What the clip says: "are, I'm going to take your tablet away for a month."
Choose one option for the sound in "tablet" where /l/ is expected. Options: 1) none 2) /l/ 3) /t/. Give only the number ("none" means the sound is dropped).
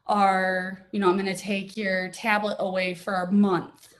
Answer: 2